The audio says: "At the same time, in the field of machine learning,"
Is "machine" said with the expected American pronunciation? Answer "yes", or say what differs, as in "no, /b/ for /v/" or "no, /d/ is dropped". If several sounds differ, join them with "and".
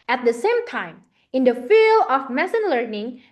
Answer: no, /s/ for /ʃ/